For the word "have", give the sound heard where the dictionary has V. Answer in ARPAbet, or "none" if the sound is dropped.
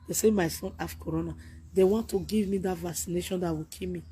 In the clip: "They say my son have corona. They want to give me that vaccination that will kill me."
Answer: F